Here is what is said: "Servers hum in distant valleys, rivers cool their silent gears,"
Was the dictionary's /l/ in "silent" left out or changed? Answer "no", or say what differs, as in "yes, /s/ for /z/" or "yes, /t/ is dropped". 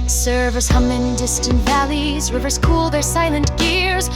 no